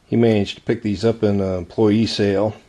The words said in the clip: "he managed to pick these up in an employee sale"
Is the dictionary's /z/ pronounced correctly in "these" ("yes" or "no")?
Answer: yes